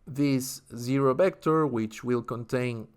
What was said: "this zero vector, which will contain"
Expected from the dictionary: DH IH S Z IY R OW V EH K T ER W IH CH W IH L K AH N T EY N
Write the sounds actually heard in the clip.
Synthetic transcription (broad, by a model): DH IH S Z IY R OW B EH K T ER W IH CH W IH L K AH N T EY N